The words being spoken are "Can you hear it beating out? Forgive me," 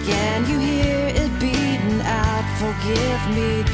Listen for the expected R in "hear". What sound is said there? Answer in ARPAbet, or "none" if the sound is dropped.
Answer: R